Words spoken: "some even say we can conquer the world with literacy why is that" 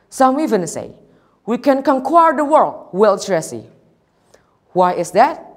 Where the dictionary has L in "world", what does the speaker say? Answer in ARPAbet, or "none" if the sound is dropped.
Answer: L